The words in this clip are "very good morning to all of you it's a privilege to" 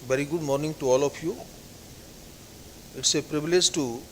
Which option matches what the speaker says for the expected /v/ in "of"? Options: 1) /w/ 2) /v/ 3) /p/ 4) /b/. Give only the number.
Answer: 3